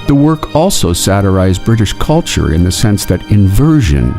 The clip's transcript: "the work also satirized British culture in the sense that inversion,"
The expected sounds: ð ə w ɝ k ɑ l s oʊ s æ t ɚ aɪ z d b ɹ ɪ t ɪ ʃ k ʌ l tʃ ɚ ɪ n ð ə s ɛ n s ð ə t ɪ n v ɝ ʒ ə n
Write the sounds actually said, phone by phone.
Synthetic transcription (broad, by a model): ð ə w ɝ k ɑ l s oʊ s æ t ɚ aɪ z b ɹ ɪ t ɪ ʃ k ʌ l tʃ ɚ ɪ n ð ə s ɛ n s ð ə t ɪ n v ɝ ʒ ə n